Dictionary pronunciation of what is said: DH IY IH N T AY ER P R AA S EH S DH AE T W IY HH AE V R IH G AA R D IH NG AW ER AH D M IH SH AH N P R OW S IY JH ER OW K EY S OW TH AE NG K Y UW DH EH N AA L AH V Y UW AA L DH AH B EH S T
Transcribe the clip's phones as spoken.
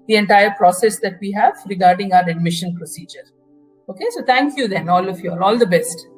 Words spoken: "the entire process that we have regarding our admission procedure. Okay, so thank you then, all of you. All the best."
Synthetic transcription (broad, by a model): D IY IH N T AY ER P R AA S EH S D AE T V IY HH AE V R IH G AA R D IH NG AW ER AH D M IH SH AH N P R OW S IY JH ER OW K EY S OW T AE NG K Y UW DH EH N AA L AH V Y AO AA L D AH B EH S T